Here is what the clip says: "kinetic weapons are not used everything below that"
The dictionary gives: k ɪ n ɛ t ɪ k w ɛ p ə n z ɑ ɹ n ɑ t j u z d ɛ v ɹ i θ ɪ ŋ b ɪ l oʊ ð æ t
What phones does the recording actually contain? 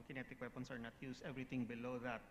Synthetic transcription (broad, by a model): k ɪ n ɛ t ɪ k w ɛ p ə n s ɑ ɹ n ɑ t j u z ɛ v ɹ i t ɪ ŋ b ɪ l oʊ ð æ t